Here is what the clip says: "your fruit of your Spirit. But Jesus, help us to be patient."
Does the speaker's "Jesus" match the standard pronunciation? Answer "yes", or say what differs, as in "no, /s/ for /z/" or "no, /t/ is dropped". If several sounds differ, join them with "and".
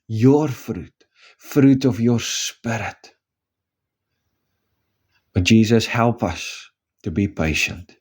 yes